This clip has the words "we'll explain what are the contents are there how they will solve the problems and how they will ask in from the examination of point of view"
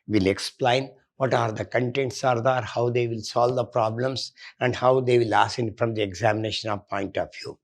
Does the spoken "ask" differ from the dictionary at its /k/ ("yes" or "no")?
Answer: yes